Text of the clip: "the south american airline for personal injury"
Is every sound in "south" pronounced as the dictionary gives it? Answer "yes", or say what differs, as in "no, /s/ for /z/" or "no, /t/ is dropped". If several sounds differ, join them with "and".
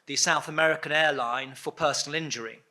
yes